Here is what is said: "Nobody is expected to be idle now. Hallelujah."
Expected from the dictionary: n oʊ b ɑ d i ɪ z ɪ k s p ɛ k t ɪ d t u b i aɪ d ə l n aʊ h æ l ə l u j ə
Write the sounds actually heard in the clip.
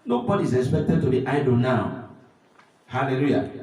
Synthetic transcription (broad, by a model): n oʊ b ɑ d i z ɪ k s p ɛ k t ɪ d t u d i aɪ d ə n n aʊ h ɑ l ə l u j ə